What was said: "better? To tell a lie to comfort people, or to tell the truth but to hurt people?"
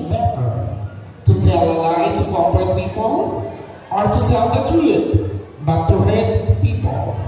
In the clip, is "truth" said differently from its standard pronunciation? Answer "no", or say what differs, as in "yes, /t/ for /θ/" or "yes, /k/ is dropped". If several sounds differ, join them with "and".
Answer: yes, /t/ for /θ/